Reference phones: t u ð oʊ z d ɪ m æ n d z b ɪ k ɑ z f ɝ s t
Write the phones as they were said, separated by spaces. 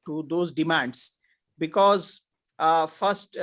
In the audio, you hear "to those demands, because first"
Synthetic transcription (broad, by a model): t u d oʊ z d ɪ m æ n d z b ɪ k ɑ z f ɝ s t